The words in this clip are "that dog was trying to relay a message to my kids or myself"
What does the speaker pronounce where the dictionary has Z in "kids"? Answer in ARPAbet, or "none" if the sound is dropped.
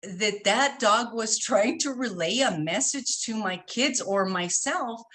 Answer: Z